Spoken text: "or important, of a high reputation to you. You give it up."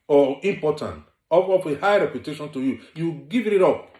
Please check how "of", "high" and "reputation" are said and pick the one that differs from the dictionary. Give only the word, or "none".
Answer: of